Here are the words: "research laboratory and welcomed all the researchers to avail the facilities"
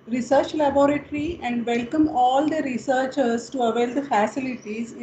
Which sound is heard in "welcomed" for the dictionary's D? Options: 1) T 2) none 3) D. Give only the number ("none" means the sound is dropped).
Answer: 2